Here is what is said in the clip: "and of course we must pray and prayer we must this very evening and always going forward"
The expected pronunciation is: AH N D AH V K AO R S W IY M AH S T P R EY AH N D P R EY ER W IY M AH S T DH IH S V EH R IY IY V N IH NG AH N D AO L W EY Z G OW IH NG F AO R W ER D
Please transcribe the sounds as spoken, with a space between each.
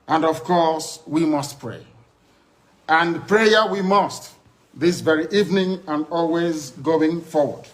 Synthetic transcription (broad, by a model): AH N D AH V K AO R S W IY M AH S T P R EY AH N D P R EY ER W IY M AH S T DH IH S V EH R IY IY V N IH NG AH N D AO L W EY Z G OW IH NG F AO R W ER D